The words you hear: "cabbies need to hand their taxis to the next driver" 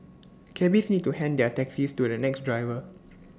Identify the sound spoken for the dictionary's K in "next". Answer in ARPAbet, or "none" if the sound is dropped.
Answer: K